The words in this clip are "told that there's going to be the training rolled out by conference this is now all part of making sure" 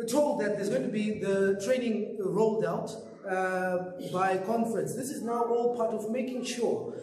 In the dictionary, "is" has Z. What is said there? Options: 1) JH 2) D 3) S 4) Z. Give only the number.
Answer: 4